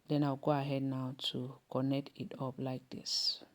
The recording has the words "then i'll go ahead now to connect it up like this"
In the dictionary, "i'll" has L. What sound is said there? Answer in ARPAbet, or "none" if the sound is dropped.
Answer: W